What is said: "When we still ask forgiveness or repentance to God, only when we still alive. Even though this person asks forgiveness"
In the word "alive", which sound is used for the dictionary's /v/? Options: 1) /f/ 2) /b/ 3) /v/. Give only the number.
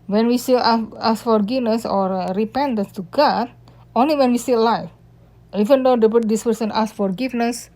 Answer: 1